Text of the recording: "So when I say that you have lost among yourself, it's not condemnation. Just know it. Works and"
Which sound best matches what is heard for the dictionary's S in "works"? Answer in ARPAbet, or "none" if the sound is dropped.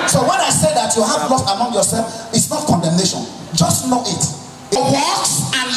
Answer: none